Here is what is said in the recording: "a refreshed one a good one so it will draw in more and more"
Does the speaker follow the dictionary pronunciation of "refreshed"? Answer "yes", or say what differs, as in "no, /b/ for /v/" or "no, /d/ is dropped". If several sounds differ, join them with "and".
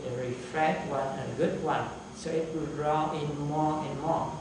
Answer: no, /ʃ/ is dropped